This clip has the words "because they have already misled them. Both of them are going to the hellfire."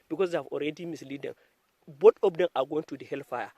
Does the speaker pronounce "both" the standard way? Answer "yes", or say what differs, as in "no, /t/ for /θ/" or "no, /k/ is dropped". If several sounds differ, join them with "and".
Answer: no, /t/ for /θ/